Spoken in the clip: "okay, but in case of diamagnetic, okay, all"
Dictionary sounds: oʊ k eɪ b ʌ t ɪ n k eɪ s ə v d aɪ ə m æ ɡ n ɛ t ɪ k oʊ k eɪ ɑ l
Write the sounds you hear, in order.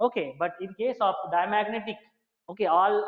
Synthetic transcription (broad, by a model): oʊ k eɪ b ʌ t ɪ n k eɪ s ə p d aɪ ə m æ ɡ n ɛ t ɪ k oʊ k eɪ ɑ l